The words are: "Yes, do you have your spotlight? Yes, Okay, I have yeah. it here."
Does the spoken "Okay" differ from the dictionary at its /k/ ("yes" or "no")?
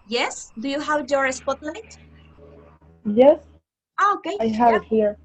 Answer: no